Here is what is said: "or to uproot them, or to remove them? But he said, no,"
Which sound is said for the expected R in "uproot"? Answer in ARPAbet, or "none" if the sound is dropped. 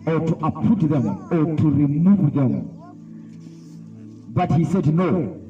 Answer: none